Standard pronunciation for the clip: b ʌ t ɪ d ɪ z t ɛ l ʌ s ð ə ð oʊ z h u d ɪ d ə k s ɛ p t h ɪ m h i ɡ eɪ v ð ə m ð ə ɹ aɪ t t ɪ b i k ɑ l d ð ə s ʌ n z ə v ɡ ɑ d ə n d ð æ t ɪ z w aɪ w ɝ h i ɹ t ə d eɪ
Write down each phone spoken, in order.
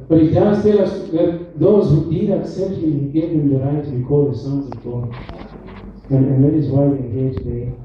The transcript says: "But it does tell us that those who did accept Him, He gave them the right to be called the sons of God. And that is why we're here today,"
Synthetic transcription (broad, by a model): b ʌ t ɪ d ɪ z t ɛ l ʌ s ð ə ð oʊ z h u d ɪ d ə k s ɛ p t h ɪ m h i ɡ eɪ v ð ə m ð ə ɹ aɪ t t ɪ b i k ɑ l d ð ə s ʌ n z ə v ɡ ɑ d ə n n ð æ t ɪ z w aɪ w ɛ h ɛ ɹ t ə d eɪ